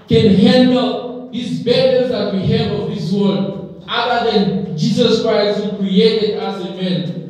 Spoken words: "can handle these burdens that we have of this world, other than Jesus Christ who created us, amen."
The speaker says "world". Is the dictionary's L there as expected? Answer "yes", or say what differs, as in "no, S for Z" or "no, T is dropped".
no, L is dropped